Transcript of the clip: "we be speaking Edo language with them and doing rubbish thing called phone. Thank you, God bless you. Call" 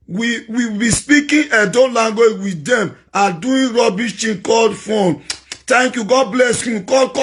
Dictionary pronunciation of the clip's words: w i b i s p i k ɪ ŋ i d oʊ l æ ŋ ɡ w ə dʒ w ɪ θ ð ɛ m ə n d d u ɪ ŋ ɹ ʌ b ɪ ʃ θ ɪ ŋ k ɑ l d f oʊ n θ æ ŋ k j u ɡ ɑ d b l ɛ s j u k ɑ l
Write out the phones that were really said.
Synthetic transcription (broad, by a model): w i b i s p i k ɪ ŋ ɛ d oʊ l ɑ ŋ ɡ w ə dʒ w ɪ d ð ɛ m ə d d u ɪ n ɹ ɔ b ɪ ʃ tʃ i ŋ k ɑ l d f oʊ n t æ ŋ k j u ɡ ɑ d b l ɛ s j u k ɑ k